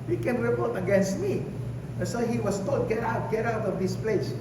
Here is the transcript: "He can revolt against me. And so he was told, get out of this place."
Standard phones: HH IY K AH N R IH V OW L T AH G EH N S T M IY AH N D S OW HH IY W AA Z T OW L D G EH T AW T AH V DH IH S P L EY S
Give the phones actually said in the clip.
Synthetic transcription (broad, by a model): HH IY K AH N R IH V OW T AH G EH N S T M IY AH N S OW HH IY W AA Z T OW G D G EH T AW T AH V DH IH S P L EY S